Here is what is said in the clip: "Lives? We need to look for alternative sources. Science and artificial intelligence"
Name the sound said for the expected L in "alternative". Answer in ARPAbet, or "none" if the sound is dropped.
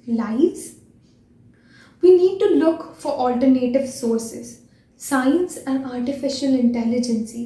L